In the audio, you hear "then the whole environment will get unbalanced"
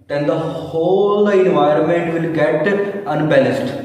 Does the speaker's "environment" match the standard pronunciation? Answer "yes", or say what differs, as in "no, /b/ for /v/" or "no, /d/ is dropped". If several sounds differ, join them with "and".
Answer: yes